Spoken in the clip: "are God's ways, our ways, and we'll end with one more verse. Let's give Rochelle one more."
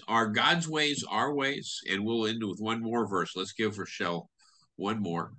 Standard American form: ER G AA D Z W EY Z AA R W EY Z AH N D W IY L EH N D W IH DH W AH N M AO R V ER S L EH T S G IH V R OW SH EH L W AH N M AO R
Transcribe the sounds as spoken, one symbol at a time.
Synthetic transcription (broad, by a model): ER G AA D Z W EY Z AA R W EY Z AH N W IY L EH N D W IH DH W AH N M AO R V ER S L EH T S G IH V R SH EH L W AH N M AO R